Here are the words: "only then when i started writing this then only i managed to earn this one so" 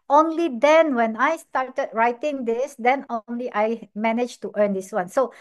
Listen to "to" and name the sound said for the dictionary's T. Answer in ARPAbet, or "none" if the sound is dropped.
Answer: T